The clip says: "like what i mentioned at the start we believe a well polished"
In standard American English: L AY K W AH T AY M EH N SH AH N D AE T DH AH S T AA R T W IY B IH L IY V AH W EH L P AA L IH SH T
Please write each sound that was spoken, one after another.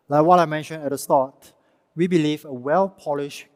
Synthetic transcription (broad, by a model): L AY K W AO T AY M EH N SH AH N EH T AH S T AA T W IY B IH L IY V AH W EH L P AA L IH SH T